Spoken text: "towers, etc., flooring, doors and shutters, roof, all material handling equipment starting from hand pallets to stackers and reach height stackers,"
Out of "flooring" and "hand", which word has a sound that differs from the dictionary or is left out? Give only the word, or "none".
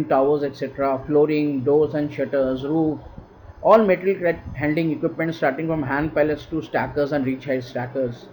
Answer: none